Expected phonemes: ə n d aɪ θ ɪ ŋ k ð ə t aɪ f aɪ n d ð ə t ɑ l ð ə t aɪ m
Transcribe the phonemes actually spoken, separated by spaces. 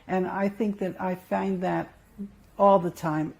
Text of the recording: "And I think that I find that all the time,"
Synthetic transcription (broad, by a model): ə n aɪ θ ɪ ŋ k ð ə t aɪ f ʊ n ð ə t ɑ l ð ə t aɪ m